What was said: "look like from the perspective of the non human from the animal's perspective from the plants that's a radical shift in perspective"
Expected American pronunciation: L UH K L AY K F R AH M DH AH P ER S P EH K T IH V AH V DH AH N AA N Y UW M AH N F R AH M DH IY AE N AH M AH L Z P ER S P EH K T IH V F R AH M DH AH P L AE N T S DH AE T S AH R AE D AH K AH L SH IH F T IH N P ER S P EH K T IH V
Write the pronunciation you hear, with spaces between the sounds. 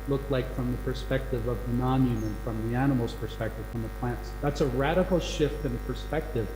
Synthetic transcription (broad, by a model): L UH K L AY K F R AH M DH AH P ER S P EH K T IH V AH V DH AH N AA N Y UW M AH N F R AH M DH IY AE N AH M L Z P ER S P EH K T IH V F R AH M DH AH P L AE N T S DH AE T S AH R AE D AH K L SH IH F T IH N P ER S P EH K T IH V